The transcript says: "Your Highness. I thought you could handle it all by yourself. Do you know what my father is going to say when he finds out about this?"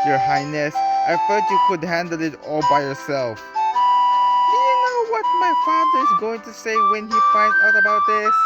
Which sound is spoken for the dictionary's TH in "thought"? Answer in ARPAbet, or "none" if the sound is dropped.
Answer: F